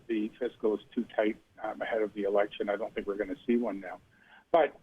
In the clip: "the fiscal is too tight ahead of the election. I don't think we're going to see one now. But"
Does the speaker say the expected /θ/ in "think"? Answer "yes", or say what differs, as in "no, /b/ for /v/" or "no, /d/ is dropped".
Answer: yes